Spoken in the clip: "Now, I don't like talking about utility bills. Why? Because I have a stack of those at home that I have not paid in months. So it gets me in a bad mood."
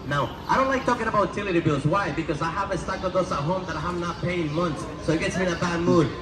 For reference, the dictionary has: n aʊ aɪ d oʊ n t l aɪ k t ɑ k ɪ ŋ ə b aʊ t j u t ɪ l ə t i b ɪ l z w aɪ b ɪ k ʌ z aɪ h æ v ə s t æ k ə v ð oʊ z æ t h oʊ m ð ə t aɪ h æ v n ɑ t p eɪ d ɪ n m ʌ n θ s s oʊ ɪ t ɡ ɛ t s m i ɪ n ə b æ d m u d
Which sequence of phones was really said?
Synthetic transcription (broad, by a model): n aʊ aɪ d oʊ n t l aɪ k t ɑ k ɪ ŋ ə b aʊ t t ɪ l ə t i b ɪ l z w aɪ b ɪ k ʌ z aɪ h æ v ə s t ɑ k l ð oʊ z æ t h oʊ m ð ə t aɪ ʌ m n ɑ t p eɪ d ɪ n m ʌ n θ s s oʊ ɪ t ɡ ɛ t s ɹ ɪ n ə b æ d m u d